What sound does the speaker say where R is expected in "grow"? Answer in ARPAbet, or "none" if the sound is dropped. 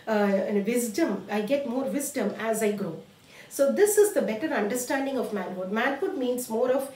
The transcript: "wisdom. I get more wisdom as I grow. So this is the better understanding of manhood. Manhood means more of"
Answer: R